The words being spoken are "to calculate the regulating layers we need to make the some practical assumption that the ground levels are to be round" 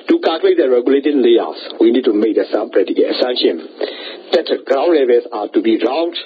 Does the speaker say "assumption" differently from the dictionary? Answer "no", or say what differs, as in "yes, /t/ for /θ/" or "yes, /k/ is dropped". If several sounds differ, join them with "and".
yes, /p/ is dropped